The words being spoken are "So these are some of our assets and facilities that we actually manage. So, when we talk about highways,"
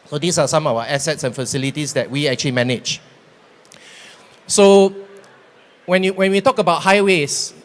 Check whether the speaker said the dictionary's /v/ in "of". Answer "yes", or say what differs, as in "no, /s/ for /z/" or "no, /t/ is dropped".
no, /w/ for /v/